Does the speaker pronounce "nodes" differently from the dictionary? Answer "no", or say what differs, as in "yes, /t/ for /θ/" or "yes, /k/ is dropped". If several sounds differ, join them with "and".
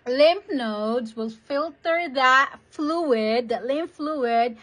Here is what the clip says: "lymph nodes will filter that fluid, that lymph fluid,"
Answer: no